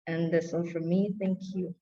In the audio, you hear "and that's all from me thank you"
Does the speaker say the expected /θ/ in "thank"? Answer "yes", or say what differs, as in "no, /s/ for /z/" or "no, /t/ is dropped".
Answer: yes